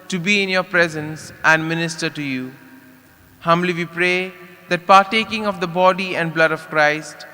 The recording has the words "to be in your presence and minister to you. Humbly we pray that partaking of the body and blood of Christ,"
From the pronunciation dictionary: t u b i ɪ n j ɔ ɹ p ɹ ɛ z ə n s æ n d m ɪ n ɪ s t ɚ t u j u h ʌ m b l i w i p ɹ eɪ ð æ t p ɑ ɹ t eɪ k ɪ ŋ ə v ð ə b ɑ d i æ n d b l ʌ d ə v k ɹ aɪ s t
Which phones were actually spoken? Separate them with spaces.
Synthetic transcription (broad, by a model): t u b i ɪ n j ɔ ɹ p ɹ ɛ z ə n s æ n d m ɪ n ɪ s t ɚ t u j u h ʌ m b l i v i p ɹ eɪ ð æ t p ɑ ɹ t eɪ k ɪ ŋ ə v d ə b ɑ d i æ n d b l ʌ d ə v k ɹ aɪ s t